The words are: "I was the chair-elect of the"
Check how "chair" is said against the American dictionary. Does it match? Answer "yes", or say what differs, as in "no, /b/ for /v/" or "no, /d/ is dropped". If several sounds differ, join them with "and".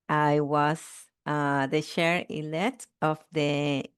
no, /ʃ/ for /tʃ/